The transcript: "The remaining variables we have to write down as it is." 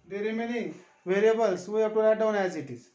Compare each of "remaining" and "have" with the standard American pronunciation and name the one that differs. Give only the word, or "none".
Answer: have